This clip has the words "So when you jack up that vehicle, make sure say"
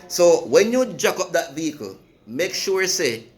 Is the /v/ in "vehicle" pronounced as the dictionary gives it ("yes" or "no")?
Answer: yes